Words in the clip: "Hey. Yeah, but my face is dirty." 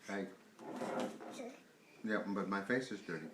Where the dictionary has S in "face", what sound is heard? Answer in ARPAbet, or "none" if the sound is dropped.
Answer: S